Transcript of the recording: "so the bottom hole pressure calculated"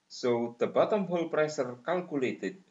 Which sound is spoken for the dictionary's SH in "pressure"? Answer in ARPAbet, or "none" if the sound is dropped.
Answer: S